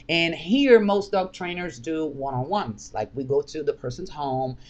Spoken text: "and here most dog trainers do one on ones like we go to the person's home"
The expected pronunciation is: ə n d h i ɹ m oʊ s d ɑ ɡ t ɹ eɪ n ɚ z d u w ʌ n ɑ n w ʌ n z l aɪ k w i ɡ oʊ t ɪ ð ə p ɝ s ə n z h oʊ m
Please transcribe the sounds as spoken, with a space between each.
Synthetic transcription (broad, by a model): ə n h i ɹ m oʊ s d ɑ ɡ t ɹ eɪ n ɚ z d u w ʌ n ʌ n w ʌ n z l aɪ k w i ɡ oʊ t ɪ ð ə p ɝ s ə n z h oʊ m